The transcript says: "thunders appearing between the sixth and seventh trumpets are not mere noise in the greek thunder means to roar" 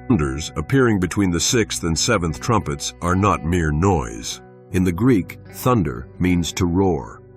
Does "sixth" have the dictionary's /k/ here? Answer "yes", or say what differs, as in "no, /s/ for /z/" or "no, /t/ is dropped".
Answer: yes